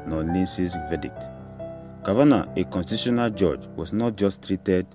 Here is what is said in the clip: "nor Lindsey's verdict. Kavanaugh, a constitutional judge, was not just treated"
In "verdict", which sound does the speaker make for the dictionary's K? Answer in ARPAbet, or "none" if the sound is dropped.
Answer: none